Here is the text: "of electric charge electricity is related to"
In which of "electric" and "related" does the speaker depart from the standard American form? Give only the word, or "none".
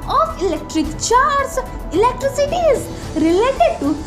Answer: none